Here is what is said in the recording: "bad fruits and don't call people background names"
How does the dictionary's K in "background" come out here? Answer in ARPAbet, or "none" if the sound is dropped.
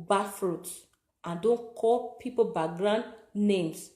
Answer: none